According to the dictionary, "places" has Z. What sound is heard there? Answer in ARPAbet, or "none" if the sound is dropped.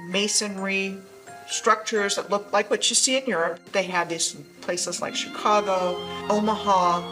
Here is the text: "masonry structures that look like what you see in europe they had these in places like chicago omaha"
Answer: Z